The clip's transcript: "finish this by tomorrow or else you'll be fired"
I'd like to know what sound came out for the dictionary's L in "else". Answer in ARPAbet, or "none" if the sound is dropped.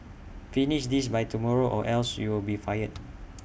L